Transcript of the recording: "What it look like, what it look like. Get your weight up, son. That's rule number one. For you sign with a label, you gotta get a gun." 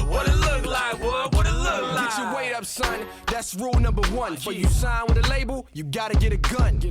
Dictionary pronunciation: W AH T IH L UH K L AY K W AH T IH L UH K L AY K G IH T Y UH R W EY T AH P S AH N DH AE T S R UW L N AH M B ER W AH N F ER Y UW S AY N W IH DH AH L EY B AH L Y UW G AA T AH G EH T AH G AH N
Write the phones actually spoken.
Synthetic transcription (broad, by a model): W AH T IH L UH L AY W W AH T IH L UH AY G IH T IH W EY T AH P S AH N DH AE T S R UW L N AH M B ER W AH N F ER Y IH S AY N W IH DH AH L EY B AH L Y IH G AA T AH G EH T AH G AH N